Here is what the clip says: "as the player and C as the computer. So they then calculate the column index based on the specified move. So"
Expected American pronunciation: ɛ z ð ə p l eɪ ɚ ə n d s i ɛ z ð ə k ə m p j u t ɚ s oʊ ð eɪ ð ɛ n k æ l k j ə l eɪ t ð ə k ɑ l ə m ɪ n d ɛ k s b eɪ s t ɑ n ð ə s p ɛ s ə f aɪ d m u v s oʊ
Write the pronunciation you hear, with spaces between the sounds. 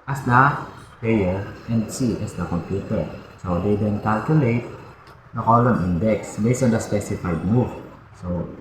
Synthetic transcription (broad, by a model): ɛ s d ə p eɪ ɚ ə n d s i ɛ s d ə k ə m p j u t ɚ s oʊ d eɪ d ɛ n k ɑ l k j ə l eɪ t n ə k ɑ l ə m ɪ n d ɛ k s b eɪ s ɑ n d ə s p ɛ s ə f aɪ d m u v s oʊ